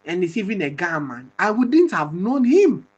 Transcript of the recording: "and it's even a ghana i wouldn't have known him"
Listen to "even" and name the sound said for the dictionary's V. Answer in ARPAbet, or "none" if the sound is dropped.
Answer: V